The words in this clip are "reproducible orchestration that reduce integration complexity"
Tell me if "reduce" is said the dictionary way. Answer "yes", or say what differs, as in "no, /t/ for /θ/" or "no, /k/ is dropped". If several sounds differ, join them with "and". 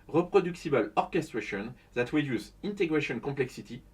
no, /w/ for /ɹ/